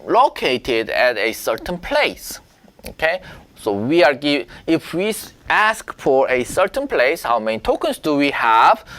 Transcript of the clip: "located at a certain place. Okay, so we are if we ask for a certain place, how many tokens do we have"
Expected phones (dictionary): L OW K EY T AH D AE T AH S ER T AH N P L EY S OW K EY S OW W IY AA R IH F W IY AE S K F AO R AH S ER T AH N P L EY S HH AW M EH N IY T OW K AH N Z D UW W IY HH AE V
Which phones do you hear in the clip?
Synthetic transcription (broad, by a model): L OW K EY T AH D AE T AH S ER T AH N P L EY S OW K EY S OW W IY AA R IH F W IY AE S K F AO R AH S ER T AH N P L EY S HH AW M EH N IY T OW K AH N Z D UW W IY HH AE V